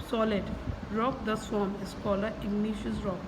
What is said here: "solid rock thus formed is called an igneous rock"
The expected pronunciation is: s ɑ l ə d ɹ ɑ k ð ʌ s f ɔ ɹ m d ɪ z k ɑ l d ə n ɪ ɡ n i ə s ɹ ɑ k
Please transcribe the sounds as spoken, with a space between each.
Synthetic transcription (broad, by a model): s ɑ l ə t ɹ ɑ k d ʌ s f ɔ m ɪ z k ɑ l ə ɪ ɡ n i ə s ɹ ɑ k